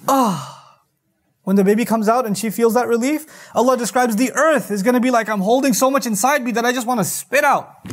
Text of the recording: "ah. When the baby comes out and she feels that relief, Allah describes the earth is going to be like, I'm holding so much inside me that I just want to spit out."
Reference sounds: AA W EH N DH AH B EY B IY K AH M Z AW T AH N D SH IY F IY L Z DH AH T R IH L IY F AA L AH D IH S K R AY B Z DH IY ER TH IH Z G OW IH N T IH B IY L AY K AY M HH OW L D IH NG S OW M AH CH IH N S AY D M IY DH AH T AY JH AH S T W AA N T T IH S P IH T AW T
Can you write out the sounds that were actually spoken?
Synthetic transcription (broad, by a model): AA W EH N DH AH B EY B IY K AH M Z AW T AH N SH IY F IY L Z DH AH T R IH L IY F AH L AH D IH S K R AY B Z DH IY ER TH IH Z G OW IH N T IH B IY L AY K AY M HH OW L D IH NG S OW M AH CH IH N S AY D M IY DH AH T AY JH AH S T W AA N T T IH S P IH T AW T